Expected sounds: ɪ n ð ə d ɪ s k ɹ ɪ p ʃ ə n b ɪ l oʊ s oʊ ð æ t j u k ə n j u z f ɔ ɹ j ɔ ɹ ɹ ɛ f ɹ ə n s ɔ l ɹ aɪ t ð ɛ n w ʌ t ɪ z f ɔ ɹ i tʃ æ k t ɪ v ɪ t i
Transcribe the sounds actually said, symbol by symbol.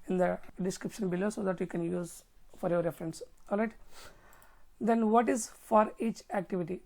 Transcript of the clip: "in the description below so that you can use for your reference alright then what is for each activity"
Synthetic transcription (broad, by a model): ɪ n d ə d ɪ s k ɹ ɪ p ʃ ə n b ɪ l oʊ s oʊ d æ t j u k ə n j u z f ɔ ɹ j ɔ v ɹ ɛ f ɹ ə n s ɔ l ɹ aɪ t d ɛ n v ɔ t ɪ z f ɔ ɹ i tʃ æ k t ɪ v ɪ t i